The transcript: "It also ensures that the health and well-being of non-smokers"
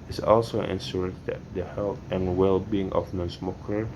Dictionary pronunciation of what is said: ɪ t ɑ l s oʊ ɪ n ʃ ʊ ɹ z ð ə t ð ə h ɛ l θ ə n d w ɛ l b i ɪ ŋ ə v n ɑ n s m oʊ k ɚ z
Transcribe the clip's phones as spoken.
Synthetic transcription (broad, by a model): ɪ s ɑ l s oʊ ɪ n s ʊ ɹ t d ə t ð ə h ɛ l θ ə n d w ɛ l b i ɪ ŋ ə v n ɑ n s m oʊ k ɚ